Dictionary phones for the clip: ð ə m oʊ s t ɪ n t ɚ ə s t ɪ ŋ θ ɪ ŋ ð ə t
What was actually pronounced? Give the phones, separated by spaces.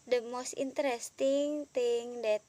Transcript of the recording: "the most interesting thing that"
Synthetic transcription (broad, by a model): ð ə m oʊ s t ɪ n t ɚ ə s t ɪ ŋ t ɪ ŋ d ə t